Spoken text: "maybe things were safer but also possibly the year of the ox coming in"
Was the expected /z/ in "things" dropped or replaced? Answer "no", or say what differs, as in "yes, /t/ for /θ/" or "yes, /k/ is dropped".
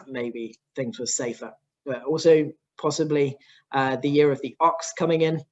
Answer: no